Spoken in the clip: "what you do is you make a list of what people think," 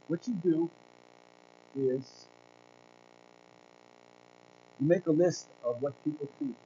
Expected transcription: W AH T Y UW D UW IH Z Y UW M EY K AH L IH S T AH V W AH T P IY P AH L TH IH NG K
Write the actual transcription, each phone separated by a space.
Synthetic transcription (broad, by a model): W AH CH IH D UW IH Z Y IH M EY K AH L IH S T AH V W AH T P IY P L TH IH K